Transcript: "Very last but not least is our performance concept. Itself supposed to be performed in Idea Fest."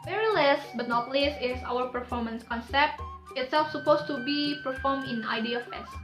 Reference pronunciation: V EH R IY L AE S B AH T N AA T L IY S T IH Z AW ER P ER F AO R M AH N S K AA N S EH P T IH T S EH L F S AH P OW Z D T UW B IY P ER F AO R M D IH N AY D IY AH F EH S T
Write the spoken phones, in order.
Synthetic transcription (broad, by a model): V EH R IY L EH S B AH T N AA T L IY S IH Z AW ER P ER F AO R M AH N S K AA N S EH P T IH T S EH L F S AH P OW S T UW B IY P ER F AO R M IH N AY D IY AH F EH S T